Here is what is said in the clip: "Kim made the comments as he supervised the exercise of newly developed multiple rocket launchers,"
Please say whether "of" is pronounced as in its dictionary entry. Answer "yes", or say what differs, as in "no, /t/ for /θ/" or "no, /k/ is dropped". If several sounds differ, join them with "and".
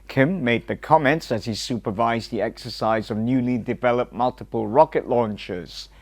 yes